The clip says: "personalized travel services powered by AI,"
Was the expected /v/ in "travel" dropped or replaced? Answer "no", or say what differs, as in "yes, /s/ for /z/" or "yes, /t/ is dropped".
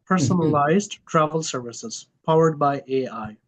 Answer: no